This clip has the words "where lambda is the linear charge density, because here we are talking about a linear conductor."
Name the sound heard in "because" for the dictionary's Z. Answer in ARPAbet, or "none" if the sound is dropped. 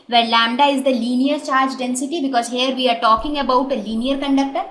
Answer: Z